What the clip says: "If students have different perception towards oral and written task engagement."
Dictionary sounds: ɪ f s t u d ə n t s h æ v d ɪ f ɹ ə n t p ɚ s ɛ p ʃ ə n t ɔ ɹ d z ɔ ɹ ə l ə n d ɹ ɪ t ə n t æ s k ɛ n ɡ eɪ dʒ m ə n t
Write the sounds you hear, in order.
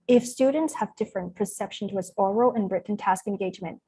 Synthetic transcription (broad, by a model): ɪ f s t u d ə n t s h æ v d ɪ f ɹ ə n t p ɚ s ɛ p ʃ ə n t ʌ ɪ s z ɔ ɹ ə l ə n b ɹ ɪ t n t æ s k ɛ n ɡ eɪ dʒ m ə n t